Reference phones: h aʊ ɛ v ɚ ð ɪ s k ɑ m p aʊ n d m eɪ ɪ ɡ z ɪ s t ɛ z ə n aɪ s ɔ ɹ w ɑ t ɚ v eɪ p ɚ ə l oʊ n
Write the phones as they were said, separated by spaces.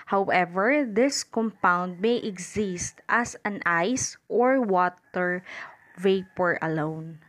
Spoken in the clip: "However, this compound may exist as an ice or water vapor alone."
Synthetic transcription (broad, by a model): h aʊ ɛ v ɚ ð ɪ s k ɑ m p aʊ n d m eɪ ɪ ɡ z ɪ s t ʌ s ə n aɪ s ɔ ɹ w ɑ t ɚ v eɪ p ɚ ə l oʊ n